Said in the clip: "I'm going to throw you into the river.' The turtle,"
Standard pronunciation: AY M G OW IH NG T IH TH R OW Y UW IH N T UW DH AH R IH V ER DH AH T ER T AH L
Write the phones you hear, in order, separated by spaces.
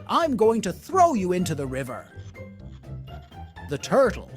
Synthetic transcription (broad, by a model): AY M G OW IH NG T IH TH R OW Y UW IH N T UW DH AH R IH V ER DH AH T ER T L